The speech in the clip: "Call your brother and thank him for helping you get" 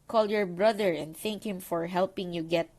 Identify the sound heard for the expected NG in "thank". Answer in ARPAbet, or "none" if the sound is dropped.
NG